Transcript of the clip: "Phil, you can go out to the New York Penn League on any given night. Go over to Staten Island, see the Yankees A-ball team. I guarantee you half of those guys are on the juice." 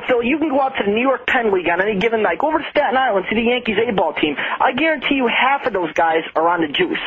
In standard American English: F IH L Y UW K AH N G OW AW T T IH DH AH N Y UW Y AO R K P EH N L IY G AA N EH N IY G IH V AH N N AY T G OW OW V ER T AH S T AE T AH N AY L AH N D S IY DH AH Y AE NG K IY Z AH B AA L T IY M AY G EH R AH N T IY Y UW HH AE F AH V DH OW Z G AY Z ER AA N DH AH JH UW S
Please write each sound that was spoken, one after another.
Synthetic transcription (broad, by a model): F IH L Y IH K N G OW AW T T IH DH AH N Y UW Y AO R K P EH N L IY G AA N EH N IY G IH V AH N L AY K OW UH V ER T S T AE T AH N AY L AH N S IY DH AH Y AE NG K IY Z AH B AA L T IY M AY G EH R AH N T IY Y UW HH AE F AH V DH OW Z G AY Z ER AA N DH AH JH UW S